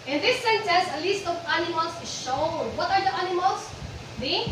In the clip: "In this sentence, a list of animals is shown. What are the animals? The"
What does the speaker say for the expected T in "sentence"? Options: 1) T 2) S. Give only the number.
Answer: 2